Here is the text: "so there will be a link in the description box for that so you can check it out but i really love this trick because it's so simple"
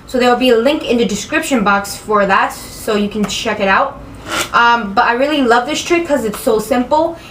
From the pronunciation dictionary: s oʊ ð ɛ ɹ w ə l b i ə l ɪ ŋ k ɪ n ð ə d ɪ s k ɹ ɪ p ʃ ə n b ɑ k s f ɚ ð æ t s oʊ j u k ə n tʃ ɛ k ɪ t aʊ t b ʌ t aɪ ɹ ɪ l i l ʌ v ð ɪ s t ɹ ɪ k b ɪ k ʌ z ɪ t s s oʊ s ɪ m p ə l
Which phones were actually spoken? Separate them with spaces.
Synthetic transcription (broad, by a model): s oʊ ð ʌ ɹ w ə l b i ə l ɪ ŋ k ɪ n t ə d ɪ s k ɹ ɪ p ʃ ə n b ɑ k s f ɚ ð æ t s oʊ j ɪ k n tʃ ɛ k ɪ t aʊ t b ʌ t aɪ ɹ ɪ l i l ʌ v ð ɪ s t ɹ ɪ k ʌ z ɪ t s s oʊ s ɪ m p l